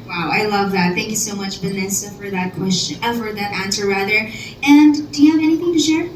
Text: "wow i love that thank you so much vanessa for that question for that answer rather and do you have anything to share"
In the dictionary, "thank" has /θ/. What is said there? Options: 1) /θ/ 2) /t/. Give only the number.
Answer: 1